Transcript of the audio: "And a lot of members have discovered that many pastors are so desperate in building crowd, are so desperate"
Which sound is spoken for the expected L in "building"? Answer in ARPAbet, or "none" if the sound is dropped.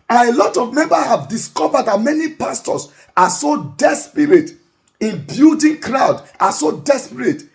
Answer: none